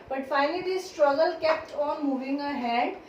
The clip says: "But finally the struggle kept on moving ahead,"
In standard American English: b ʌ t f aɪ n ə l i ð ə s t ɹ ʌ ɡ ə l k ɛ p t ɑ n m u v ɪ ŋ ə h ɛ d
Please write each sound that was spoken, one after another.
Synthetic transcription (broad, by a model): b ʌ t f aɪ n ə l i s t ɹ ʌ ɡ ə l k ɛ p t ɑ n m u v ɪ ŋ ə h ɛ d